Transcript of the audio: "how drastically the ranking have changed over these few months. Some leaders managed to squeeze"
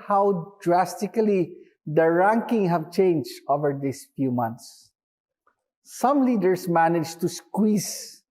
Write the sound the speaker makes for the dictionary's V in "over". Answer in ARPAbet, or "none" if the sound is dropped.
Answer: V